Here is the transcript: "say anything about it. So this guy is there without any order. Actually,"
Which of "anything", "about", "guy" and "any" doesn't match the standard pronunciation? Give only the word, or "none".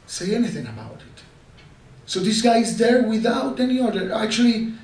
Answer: none